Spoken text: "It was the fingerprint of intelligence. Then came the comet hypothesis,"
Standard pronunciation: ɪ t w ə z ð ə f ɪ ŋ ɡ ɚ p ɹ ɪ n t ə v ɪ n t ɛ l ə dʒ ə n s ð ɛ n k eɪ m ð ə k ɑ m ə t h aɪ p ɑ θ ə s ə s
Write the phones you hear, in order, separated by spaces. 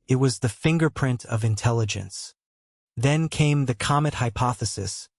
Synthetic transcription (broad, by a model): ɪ t w ə z ð ə f ɪ ŋ ɡ ɚ p ɹ ɪ n t ə v ɪ n t ɛ l ə dʒ ə n s ð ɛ n k eɪ m ð ə k ɑ m ə t h aɪ p ɑ θ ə s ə s